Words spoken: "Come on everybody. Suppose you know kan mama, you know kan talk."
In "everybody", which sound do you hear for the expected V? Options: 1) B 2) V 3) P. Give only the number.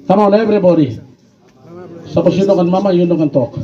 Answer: 1